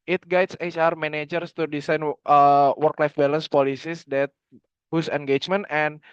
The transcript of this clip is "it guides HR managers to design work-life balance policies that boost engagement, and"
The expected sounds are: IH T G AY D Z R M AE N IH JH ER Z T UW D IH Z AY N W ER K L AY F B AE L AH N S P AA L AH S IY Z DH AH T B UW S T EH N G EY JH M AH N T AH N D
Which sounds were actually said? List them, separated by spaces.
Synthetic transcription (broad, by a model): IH T G AY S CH R M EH N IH JH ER S T UW D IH S AY N W ER K L AY F B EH L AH N S P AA L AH S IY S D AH T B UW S EH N G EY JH M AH N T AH N